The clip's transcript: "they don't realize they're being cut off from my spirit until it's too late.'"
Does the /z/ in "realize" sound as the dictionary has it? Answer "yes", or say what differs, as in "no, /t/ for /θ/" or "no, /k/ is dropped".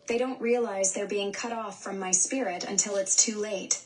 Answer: yes